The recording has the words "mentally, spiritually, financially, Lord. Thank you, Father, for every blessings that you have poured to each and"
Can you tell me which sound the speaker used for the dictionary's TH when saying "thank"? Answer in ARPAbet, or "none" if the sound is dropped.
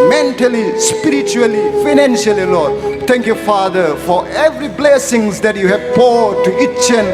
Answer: T